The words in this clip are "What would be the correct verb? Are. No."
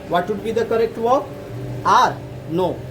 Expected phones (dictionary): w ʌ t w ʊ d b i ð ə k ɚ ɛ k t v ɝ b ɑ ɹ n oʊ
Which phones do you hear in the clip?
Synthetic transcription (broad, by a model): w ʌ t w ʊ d b i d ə k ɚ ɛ k t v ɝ ɑ ɹ n oʊ